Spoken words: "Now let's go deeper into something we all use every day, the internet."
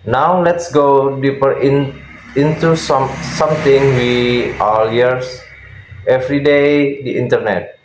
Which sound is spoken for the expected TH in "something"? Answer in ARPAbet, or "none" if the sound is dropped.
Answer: S